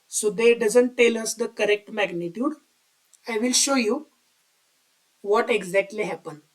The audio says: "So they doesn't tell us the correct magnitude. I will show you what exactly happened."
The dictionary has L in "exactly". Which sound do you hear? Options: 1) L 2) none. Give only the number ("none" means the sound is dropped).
1